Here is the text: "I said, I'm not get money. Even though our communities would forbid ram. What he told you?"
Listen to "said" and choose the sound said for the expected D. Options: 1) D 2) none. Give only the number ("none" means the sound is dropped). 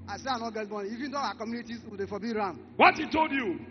2